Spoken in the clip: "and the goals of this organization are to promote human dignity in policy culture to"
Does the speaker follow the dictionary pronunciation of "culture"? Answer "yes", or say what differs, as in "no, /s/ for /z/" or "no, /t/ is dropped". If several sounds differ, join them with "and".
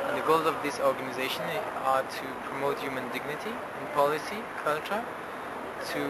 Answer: yes